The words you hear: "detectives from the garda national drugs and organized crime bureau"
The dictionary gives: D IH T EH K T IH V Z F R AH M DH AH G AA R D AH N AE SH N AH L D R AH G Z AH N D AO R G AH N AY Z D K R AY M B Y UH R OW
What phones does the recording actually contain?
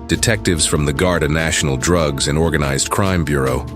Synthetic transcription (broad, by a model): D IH T EH K T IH V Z F R AH M DH AH G AA R D AH N AE SH N L D R AH G Z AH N AO R G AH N AY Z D K R AY M B Y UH R OW